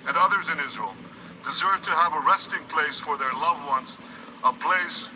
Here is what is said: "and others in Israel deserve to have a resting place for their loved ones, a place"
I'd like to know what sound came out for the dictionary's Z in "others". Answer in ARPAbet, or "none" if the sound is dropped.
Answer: Z